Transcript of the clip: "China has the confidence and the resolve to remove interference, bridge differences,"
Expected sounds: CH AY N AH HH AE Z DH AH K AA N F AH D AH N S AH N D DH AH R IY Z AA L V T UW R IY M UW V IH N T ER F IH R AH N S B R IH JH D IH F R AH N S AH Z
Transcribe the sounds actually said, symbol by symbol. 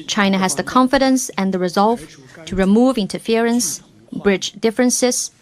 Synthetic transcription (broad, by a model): CH AY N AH HH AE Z DH AH K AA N F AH D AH N S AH N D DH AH R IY Z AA L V T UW R IY M UW V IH N T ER F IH R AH N S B R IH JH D IH F R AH N S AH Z